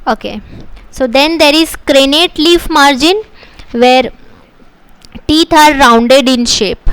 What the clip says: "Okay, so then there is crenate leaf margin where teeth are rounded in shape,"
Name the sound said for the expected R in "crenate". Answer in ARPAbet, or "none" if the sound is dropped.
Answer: R